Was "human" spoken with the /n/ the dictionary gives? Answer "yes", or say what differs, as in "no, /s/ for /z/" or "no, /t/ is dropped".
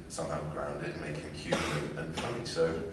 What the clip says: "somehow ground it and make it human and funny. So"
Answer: no, /n/ is dropped